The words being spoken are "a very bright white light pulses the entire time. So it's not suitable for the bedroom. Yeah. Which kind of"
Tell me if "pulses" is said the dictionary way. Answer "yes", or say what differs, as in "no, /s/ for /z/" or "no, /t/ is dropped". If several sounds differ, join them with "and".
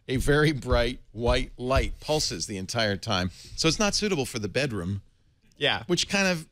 yes